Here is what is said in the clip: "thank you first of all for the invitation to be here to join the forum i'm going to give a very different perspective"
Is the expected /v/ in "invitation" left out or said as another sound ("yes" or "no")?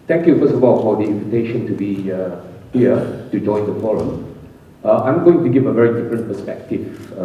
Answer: no